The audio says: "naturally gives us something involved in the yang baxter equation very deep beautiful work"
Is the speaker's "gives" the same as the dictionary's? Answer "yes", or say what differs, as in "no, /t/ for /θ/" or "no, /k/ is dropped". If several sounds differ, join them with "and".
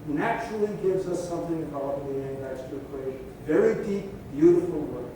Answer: yes